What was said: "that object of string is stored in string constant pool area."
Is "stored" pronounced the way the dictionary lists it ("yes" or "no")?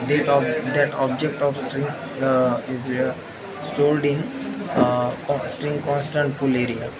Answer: no